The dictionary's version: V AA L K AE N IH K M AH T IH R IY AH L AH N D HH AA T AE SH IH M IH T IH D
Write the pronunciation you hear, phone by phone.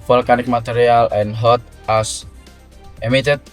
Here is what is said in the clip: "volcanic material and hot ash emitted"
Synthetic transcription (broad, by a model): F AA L K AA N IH K M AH T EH R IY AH L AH N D HH AA T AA S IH M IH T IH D